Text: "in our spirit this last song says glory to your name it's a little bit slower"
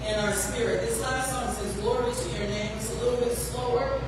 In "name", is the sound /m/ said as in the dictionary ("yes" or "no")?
no